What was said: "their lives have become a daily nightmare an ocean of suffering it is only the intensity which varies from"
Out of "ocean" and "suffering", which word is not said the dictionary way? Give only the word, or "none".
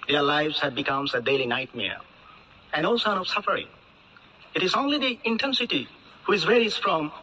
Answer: ocean